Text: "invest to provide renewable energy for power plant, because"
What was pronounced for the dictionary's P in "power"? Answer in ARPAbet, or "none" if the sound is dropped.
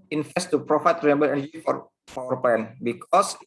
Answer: F